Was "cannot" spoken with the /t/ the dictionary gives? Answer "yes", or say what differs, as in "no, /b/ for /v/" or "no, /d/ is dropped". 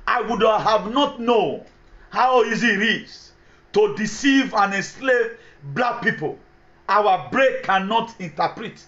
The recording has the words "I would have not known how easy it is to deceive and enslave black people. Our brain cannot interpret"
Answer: yes